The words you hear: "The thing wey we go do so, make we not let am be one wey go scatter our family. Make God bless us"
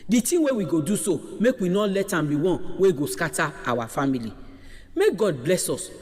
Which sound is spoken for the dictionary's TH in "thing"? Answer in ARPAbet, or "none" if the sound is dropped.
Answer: T